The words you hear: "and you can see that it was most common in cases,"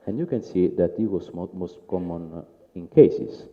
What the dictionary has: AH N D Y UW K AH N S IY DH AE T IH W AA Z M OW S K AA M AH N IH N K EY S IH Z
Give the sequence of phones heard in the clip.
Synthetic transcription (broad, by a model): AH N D Y UW K AH N S IY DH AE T IH W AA S M OW S K AA M AH N IH N K EY S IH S